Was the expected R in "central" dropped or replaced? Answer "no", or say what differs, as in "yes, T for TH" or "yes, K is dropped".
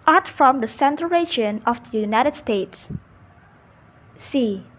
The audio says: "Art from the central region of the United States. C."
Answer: yes, R is dropped